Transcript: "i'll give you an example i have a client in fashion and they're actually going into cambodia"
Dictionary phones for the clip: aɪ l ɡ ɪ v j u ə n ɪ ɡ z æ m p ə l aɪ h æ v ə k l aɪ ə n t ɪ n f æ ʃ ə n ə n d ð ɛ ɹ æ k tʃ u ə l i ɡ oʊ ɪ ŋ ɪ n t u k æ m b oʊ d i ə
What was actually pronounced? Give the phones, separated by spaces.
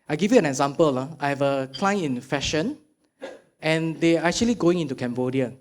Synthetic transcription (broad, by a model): aɪ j ɡ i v j u ə n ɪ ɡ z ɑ m p ə l aɪ h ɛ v ə k l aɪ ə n ɪ n f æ ʃ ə n ə n d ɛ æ k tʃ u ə l i ɡ oʊ ɪ ŋ ɪ n t u k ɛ m b oʊ d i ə